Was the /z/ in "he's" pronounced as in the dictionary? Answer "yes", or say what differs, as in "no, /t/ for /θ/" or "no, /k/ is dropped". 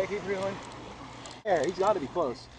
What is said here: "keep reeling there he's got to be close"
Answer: yes